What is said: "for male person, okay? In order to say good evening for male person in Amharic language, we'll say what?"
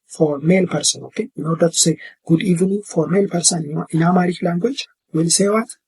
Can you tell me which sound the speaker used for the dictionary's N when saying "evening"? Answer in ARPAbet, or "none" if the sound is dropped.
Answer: none